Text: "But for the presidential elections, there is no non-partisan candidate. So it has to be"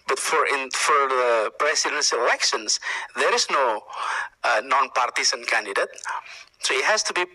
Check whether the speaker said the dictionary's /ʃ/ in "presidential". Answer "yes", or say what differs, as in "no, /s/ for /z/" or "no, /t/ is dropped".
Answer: no, /s/ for /ʃ/